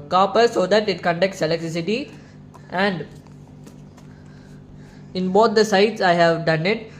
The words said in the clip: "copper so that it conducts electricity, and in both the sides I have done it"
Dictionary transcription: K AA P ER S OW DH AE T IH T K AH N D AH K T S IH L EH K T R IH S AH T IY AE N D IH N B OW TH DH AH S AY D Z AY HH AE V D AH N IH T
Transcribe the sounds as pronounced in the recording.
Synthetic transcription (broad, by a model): K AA P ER S OW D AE T IH T K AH N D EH K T S IH L EH K T R IH S AH T IY AE N D IH N B OW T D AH S AY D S AY HH AE V D AH N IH T